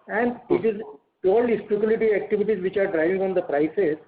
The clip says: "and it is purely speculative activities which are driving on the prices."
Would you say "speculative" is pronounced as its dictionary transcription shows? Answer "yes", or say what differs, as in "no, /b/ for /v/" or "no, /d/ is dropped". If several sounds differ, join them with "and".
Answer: no, /v/ is dropped